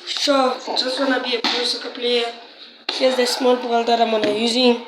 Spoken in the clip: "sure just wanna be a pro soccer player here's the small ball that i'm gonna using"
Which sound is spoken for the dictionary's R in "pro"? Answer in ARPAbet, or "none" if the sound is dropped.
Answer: none